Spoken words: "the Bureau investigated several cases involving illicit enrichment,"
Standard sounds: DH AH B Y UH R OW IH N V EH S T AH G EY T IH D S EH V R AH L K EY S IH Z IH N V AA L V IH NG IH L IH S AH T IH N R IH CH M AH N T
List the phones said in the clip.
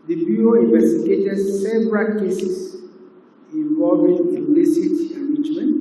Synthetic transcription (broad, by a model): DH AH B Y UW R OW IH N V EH S T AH G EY T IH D S EH V R AH L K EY S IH S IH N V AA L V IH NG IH N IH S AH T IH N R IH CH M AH N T